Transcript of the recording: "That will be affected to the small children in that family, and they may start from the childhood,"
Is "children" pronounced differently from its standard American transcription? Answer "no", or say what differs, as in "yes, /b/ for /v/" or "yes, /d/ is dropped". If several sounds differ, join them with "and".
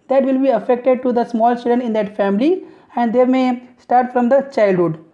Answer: yes, /l/ is dropped and /ɹ/ is dropped